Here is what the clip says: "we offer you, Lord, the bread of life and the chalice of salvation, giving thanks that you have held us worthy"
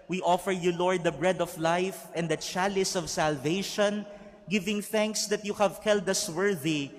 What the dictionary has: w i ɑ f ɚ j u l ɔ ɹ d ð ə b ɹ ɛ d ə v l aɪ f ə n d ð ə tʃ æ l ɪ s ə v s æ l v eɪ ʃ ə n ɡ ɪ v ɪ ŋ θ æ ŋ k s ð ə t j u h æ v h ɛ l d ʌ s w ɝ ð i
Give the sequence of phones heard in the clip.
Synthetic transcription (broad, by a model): w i ɑ f ɚ j u l ɔ ɹ d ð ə b ɹ ɛ d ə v l aɪ f ə n d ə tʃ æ l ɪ s ə v s æ l v eɪ ʃ ə n ɡ ɪ v ɪ ŋ θ æ ŋ k s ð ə t j u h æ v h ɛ l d ʌ s w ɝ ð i